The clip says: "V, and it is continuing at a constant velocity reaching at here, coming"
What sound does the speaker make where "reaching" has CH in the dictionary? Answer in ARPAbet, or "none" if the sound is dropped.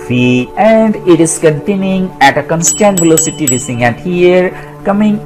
S